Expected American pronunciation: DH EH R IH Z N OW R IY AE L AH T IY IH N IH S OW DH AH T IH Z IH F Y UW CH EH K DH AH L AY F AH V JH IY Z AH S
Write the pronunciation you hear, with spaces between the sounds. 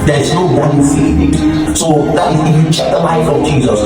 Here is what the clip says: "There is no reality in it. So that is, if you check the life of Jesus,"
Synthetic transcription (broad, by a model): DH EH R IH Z N OW W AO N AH S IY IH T IH S OW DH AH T IH Z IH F Y UW CH EH K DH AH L AY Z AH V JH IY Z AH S